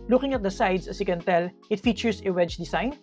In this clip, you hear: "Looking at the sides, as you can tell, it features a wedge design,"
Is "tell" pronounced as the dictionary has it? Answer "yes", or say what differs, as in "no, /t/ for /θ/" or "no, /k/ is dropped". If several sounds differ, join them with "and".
yes